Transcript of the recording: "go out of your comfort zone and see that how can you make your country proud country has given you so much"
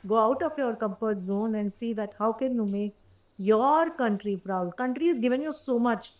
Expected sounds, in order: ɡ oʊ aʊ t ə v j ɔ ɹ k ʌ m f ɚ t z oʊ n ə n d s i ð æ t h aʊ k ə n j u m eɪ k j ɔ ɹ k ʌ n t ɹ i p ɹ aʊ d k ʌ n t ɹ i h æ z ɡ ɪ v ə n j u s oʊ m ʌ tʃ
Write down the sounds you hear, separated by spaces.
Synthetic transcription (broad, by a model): ɡ oʊ aʊ t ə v j ɔ ɹ k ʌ m p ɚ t z oʊ n ə n d s i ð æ t h aʊ k ə n j u m eɪ k j ɔ ɹ k ʌ n t ɹ i p ɹ aʊ d k ʌ n t ɹ i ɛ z ɡ ɪ v ə n j u s oʊ m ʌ tʃ